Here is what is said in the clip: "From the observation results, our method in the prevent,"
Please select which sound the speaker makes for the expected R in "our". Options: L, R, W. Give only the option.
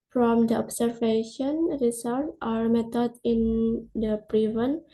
R